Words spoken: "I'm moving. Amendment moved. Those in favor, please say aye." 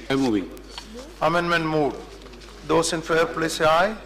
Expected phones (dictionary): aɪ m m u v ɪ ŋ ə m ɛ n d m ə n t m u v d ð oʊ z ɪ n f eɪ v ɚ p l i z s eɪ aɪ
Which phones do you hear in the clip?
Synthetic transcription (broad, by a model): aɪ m m u v ɪ ŋ ə m ɛ n d m ə n t m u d d oʊ s ɪ n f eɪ ɚ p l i s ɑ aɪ